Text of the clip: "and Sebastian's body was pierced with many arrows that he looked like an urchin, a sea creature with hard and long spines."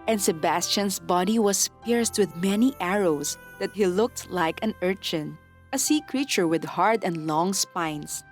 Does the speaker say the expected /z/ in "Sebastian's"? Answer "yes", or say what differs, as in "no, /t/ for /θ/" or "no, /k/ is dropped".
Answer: no, /s/ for /z/